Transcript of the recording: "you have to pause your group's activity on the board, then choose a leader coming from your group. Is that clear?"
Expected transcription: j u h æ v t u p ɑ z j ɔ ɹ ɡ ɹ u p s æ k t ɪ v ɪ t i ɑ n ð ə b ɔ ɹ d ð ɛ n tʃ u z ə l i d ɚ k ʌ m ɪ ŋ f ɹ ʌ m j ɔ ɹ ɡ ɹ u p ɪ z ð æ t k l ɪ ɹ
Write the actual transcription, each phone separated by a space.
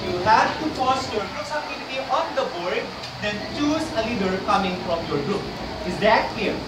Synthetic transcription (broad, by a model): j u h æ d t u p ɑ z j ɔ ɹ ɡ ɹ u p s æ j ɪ ɪ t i ɑ n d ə b ɔ ɹ d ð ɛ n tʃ u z ə l i d ɚ k ʌ m ɪ ŋ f ɹ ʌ m j ɔ ɹ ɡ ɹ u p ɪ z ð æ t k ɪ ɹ